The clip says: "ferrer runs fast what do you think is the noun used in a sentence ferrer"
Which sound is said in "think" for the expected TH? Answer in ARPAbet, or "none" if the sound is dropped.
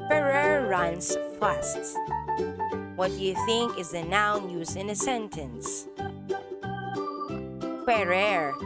TH